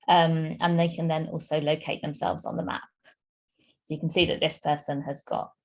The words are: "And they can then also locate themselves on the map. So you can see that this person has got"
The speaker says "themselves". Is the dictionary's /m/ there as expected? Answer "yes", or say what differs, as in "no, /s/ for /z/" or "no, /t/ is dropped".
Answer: yes